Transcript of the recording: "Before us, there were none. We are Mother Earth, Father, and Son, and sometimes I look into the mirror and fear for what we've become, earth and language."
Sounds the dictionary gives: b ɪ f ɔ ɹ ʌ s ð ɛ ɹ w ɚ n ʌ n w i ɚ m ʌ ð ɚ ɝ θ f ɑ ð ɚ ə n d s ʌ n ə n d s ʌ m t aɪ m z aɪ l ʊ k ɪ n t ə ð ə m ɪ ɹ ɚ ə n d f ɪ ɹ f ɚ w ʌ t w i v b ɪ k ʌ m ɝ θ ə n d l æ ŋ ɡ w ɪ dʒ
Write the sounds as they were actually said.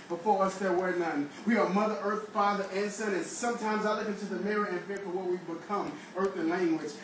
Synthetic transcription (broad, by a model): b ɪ f ɔ ɹ ʌ s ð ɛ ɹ w ɚ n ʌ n w i ɚ m ʌ ð ɚ ɝ θ f ɑ ð ɚ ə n s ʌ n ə n s ʌ m t aɪ m z aɪ l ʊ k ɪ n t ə ð ə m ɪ ɹ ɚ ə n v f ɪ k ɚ w ʌ t w i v b ɪ k ʌ m ɝ θ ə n l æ ŋ ɡ w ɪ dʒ